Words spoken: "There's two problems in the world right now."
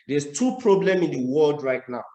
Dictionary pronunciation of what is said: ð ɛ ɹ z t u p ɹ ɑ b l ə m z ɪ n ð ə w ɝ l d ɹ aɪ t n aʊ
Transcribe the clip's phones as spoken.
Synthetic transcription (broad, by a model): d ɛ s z t u p ɹ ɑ b l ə m ɪ n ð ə w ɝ l d ɹ aɪ t n aʊ